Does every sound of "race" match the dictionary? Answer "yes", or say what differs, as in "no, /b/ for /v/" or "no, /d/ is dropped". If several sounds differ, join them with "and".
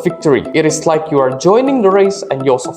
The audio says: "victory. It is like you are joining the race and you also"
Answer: yes